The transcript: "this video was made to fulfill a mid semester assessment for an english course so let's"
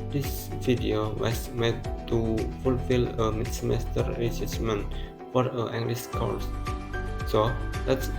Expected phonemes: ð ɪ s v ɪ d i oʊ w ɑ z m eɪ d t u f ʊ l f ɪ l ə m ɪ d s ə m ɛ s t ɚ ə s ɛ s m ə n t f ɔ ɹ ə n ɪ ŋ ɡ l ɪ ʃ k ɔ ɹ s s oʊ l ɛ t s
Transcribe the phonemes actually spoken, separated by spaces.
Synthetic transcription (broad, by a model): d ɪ s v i d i oʊ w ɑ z m eɪ d t u f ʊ l f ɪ l ə m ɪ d s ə m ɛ s t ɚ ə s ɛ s m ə n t f ɔ ɹ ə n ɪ ŋ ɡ l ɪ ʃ k ɔ l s s oʊ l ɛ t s